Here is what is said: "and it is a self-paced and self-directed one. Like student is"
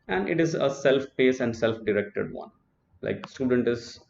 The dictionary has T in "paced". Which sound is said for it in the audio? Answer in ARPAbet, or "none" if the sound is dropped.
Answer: none